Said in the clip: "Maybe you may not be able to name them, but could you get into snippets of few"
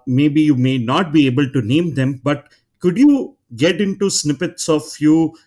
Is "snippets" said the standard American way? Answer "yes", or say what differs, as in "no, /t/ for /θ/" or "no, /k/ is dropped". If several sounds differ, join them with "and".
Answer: yes